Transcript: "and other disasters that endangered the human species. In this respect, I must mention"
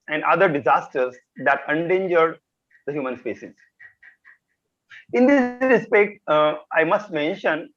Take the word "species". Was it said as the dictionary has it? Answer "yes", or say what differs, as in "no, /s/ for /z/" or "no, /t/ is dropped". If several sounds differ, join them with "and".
no, /s/ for /ʃ/